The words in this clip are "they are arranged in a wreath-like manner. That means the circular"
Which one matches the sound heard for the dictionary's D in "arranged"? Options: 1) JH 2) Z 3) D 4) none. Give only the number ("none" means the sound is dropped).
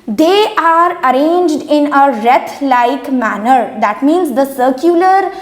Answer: 3